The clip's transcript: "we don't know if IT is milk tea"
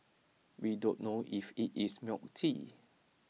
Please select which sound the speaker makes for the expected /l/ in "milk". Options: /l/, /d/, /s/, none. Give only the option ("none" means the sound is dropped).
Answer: none